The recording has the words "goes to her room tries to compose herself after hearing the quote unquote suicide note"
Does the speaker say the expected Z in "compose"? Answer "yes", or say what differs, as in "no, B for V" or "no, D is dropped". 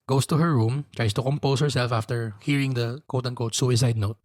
no, S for Z